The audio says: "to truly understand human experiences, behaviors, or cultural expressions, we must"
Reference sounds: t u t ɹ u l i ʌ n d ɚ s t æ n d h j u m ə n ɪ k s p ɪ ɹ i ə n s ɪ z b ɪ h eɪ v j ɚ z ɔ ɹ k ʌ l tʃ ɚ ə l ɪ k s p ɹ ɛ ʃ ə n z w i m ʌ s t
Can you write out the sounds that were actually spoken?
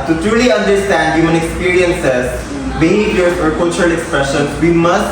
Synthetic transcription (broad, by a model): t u t ɹ u l i ʌ n d ɚ s t æ n d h j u m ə n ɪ k s p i ɹ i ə n s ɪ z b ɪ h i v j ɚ ɔ ɹ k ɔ tʃ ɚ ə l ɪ k s p ɹ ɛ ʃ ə n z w i m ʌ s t